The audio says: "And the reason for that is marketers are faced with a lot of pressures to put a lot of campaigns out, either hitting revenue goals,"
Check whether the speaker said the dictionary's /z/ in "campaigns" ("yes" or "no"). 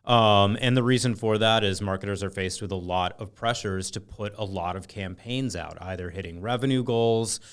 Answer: yes